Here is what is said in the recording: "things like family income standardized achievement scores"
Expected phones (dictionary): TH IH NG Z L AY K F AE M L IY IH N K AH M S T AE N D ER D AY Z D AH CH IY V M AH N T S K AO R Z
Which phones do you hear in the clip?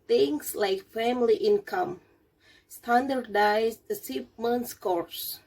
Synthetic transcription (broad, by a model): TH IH NG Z L AY K F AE M L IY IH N K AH M S T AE N D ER D AY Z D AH S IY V M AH N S K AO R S